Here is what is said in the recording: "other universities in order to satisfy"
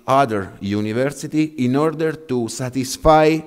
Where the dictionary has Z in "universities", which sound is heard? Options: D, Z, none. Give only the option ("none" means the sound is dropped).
none